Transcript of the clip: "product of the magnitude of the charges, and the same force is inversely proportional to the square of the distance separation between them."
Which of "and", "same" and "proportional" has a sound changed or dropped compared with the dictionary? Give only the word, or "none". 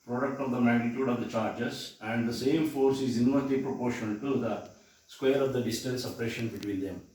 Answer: proportional